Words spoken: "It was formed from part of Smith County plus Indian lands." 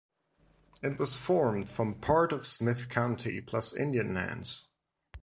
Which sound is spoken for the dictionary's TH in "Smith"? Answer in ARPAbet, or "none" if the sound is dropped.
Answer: TH